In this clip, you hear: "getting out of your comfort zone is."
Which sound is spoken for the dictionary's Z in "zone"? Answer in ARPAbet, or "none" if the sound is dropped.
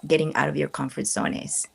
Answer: S